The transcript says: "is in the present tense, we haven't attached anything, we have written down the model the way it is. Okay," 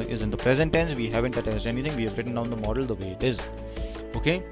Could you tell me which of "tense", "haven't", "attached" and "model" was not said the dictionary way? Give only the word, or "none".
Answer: attached